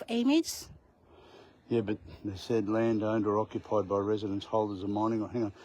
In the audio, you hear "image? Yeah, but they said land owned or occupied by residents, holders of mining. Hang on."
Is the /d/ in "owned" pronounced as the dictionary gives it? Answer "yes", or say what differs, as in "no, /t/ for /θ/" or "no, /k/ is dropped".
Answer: yes